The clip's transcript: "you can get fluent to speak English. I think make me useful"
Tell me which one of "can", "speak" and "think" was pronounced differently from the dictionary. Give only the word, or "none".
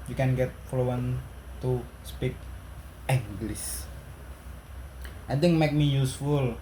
think